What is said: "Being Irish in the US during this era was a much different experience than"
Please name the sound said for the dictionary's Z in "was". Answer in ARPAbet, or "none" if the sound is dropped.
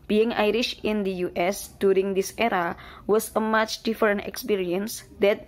S